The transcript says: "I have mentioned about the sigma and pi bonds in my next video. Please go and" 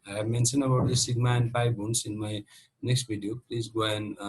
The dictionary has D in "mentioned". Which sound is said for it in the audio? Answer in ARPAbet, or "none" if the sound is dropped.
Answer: none